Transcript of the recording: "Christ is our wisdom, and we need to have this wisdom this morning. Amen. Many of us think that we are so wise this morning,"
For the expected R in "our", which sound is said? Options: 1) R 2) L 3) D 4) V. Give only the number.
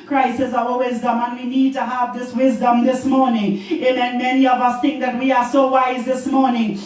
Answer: 2